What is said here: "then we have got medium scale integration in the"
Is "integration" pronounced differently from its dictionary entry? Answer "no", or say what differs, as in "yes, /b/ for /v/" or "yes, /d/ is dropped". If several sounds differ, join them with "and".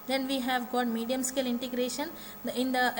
no